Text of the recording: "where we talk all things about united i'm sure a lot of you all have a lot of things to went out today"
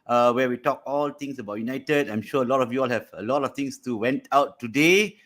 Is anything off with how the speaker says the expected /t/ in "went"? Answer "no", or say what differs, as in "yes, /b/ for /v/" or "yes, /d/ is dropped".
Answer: no